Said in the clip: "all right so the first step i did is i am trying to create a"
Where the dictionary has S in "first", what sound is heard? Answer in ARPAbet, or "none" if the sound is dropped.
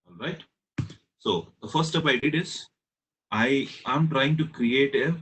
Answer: none